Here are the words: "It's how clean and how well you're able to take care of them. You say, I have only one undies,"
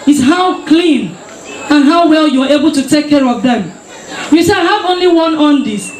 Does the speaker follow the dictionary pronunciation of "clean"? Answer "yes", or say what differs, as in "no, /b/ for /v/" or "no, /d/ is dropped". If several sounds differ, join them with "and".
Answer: yes